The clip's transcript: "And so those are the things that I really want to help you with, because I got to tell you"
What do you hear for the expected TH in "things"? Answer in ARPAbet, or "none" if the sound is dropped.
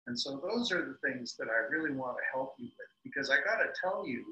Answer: TH